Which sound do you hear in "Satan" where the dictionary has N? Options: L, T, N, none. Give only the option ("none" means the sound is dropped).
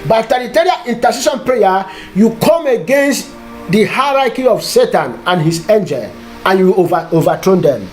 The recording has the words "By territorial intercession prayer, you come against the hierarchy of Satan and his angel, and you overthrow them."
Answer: N